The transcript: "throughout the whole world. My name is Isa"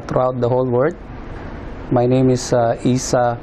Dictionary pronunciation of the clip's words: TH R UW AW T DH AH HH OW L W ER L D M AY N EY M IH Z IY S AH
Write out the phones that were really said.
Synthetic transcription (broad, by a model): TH R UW AW T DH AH HH OW L W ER D M AY N EY M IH S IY S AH